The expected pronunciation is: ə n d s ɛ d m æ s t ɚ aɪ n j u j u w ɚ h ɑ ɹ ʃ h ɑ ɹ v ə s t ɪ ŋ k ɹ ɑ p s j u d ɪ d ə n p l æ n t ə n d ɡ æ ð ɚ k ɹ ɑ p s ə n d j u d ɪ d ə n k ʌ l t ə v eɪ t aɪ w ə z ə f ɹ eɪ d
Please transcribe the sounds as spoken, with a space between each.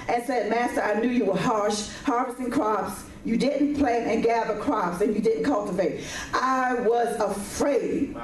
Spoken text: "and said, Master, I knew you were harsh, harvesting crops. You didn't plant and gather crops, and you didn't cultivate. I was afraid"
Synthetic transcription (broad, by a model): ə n s ɛ d m æ s t ɚ aɪ n j u j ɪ w ɚ h ɑ ɹ ʃ h ɑ ɹ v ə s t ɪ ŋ k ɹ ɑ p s j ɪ d ɪ d n p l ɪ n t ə n ɡ æ ð ɚ k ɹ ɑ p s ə n j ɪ d ɪ d n k ʌ l t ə v eɪ t aɪ w ə z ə f ɹ eɪ d